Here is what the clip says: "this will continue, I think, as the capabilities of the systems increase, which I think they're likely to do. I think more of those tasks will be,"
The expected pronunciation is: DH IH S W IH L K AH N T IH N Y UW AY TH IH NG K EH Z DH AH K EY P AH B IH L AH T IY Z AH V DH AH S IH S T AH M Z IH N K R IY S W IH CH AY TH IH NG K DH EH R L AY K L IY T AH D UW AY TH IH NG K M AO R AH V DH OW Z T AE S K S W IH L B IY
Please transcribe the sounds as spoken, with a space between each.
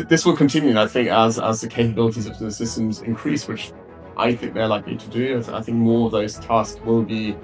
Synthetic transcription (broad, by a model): DH IH S W IH L K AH N T IH N Y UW AY TH IH NG K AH Z DH AH K EY P AH B IH L AH T IY Z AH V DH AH S IH S T AH M Z IH N K R IY S W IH CH AY TH IH NG K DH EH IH L AY K L IY T AH D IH AY TH IH NG K M AO R AH V DH OW Z T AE S K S W IH L B IY